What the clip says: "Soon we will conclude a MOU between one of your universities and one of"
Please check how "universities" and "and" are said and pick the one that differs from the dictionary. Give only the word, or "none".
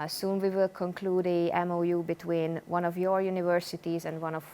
none